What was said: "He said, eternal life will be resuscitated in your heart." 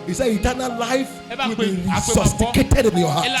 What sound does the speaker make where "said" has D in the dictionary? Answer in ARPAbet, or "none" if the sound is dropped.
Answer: none